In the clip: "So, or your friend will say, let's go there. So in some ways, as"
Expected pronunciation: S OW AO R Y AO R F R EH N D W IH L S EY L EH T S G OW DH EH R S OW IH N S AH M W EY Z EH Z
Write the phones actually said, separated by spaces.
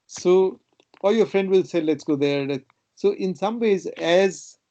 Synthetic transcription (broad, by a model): S OW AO L Y AO R F R EH N D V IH L S EY L EH T S G OW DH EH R S OW IH N S AH M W EY Z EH Z